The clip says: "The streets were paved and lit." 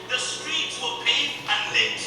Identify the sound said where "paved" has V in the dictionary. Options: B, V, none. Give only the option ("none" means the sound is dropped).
none